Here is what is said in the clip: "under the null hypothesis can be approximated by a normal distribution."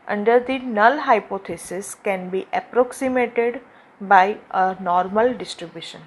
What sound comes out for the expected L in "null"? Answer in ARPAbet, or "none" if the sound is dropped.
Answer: L